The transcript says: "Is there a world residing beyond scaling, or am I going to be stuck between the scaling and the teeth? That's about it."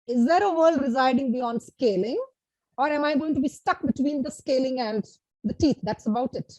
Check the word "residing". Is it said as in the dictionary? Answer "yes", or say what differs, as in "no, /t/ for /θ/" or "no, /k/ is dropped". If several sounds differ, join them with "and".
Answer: yes